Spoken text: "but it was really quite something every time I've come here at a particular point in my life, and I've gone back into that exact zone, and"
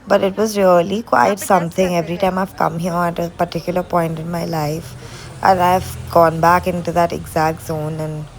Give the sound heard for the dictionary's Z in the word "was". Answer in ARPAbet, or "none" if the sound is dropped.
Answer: Z